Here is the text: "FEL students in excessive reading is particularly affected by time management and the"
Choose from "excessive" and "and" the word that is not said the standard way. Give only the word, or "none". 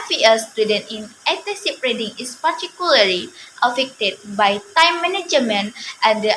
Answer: excessive